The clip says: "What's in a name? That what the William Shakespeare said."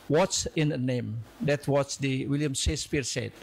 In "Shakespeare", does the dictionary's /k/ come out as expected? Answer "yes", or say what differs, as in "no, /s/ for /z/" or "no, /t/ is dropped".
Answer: no, /k/ is dropped